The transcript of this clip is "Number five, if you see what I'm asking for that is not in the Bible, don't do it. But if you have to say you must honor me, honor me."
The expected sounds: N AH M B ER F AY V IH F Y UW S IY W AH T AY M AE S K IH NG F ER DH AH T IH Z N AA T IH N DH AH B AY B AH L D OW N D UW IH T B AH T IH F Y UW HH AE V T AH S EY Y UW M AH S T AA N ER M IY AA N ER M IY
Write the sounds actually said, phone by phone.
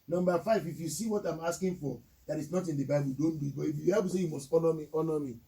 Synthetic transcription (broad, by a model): N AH M B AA F AY V IH F Y UW S IY W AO T AY M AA S K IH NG F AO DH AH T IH S N AA T IH N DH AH B AY B AH L D OW N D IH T B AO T IH F Y UW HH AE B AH S EY Y UW M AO S T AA N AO M IY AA N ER M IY